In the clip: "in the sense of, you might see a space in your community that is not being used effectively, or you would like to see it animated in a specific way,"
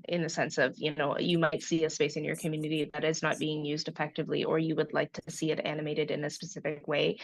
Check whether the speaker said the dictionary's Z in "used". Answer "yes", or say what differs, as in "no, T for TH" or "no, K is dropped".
yes